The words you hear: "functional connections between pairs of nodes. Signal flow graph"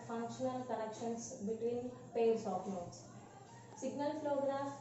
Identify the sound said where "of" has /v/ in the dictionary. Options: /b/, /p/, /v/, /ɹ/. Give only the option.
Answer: /p/